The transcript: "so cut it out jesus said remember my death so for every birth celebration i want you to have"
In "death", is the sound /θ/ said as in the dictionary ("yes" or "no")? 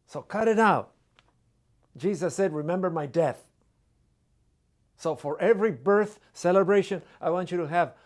yes